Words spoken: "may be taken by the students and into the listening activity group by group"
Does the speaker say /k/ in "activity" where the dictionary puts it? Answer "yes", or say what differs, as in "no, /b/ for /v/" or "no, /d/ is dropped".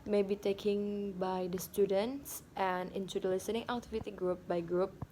no, /k/ is dropped